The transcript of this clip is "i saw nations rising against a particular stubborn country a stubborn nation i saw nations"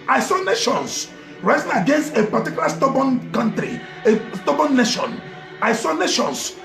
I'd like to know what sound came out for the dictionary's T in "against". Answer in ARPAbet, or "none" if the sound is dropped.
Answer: T